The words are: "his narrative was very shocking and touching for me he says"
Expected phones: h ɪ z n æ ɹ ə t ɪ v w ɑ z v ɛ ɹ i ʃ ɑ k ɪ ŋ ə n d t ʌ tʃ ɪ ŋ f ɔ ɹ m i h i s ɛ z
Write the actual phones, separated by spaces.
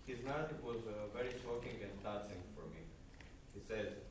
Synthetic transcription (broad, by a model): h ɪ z n æ ɹ ə t ɪ v w ɑ z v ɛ ɹ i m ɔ k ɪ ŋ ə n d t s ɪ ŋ f ɔ ɹ m i h i s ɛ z